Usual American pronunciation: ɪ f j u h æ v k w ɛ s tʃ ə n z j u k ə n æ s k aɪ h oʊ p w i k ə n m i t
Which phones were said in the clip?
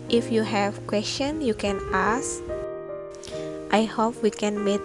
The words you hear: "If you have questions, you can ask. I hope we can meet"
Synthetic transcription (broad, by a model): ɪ f j u h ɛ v k w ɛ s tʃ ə n j u k ə n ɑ s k aɪ h oʊ p w i k ə n m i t